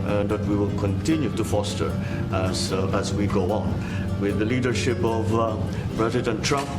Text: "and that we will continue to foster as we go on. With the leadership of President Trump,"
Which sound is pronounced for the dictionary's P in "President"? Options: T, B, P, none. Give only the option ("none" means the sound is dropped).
B